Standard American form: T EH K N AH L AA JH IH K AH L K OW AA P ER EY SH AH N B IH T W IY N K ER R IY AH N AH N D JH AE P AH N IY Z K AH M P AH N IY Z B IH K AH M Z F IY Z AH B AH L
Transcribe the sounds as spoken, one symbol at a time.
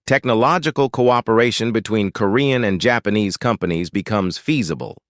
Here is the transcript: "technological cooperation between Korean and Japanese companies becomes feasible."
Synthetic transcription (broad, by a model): T EH K N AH L AA JH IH K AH L K OW AA P ER EY SH AH N B IH T W IY N K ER R IY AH N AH N JH AE P AH N IY Z K AH M P AH N IY Z B IH K AH M Z F IY Z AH B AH L